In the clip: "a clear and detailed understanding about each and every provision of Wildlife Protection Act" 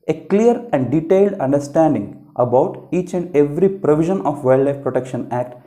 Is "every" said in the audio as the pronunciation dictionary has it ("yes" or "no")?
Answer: yes